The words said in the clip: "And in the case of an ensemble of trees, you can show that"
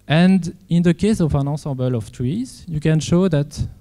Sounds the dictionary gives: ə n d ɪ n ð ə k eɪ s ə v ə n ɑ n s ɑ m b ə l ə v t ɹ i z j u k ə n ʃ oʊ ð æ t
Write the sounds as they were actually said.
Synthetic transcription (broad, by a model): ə n d ɪ n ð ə k eɪ s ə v ə n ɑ s ɑ b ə l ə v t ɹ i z j u k ə n ʃ oʊ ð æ t